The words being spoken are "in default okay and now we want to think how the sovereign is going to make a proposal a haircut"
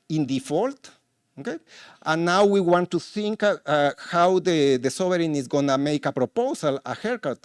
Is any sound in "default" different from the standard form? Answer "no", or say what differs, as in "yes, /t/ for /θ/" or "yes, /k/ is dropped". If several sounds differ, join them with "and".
no